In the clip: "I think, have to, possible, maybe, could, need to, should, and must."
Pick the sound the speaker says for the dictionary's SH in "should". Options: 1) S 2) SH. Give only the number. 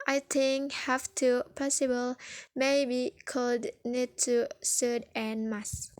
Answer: 1